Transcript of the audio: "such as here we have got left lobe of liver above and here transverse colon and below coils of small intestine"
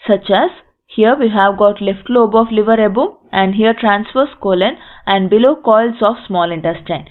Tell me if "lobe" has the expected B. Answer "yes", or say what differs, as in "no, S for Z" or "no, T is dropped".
yes